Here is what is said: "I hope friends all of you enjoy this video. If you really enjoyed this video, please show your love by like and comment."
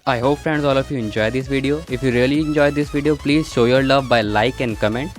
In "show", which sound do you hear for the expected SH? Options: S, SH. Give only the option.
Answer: SH